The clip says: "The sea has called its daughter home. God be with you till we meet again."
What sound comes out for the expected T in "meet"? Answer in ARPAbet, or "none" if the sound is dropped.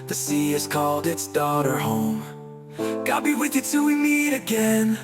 T